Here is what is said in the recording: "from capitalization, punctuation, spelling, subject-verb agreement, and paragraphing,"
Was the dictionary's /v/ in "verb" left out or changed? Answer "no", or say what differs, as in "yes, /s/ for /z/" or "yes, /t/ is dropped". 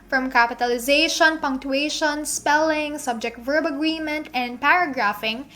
no